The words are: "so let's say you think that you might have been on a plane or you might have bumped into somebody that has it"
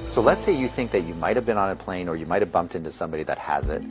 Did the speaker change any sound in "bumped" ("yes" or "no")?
no